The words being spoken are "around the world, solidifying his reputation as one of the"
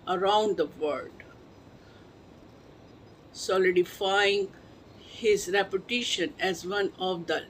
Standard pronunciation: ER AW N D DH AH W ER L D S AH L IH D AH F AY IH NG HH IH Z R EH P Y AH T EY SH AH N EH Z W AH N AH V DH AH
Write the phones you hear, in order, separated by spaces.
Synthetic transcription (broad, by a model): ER AW N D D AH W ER D S AH L IH D AH F AY IH NG HH IH Z R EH P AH T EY SH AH N EH Z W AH N AH V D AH